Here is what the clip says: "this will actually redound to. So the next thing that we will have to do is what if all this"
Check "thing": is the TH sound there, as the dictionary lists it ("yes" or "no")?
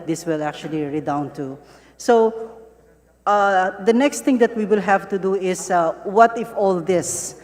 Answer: no